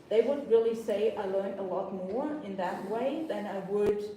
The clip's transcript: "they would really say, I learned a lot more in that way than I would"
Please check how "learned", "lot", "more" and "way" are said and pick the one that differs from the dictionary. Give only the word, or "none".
learned